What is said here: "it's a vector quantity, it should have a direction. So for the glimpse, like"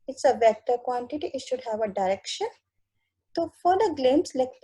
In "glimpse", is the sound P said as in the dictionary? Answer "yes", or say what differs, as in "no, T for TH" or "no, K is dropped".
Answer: no, P is dropped